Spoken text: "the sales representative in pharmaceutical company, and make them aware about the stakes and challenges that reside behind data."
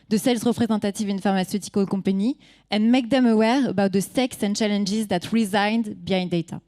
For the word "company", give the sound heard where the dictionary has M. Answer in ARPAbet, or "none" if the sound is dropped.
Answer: none